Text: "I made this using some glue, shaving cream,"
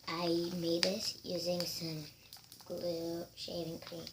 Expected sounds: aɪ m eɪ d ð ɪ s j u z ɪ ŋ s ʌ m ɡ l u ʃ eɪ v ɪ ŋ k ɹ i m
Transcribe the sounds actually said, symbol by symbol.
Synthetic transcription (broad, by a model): aɪ m eɪ d ð ɪ s j u z ɪ ŋ s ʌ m ɡ l u ʃ eɪ v ɪ ŋ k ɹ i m